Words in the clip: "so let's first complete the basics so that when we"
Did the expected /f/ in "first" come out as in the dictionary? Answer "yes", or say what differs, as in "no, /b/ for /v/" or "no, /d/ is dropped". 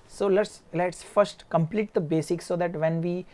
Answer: yes